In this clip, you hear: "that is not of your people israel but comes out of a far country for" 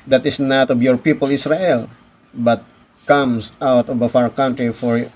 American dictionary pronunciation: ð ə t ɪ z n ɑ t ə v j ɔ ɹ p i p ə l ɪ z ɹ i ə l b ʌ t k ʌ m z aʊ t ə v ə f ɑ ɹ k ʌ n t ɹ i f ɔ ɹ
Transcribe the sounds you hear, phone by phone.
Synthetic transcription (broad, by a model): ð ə t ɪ s n ɑ t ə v j ɔ ɹ p i p ə l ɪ s ɹ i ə l b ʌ t k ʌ m s aʊ t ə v ə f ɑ ɹ k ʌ n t ɹ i f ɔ ɹ